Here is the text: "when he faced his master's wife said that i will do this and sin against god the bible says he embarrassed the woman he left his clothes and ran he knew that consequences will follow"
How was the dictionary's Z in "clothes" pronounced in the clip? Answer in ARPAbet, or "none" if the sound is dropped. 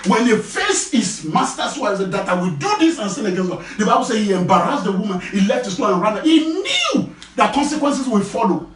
none